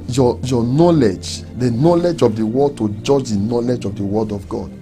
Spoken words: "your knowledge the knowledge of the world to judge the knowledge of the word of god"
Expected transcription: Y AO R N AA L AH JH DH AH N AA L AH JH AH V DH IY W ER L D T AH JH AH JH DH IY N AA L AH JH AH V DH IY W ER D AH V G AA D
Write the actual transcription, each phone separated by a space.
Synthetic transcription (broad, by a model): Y AO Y N AA L AH JH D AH N AA L AH JH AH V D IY W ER D T AH JH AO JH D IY N AA L AH JH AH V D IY W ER D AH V G AA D